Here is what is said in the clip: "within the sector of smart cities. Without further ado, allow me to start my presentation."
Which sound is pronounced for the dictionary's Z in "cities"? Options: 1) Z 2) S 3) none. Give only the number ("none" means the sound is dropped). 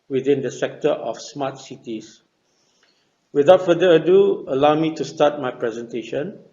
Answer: 2